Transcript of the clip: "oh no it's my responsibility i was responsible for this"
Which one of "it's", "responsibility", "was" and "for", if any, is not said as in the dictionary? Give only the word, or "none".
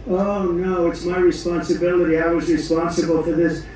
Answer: none